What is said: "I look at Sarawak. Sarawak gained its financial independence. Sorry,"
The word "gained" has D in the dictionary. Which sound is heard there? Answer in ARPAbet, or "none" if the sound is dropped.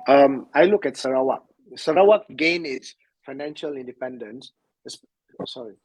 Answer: none